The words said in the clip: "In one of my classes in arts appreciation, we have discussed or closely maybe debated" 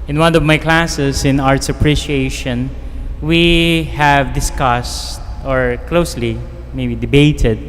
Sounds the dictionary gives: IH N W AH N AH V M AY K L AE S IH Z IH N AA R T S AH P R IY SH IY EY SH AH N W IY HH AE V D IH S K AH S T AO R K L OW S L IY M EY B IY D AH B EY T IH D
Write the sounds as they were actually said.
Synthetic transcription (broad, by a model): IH N W AH N AH V M AY K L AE S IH S IH N AA R T S AH P R IY SH IY EY SH AH N W IY HH AE V D IH S K AH S T AO R K L OW S L IY M EY B IY D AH B EY T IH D